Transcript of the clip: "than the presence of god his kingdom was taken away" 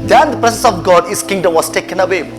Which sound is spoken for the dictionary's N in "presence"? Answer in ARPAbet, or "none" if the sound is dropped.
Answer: none